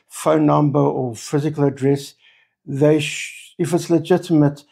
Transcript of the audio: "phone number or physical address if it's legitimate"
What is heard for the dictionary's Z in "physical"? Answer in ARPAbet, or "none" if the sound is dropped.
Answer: Z